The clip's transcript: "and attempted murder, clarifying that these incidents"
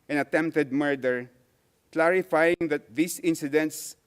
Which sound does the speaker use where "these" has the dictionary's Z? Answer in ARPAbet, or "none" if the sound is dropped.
S